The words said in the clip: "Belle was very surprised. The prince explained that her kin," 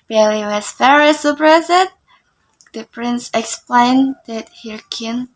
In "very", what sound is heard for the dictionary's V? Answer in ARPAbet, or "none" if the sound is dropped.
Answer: F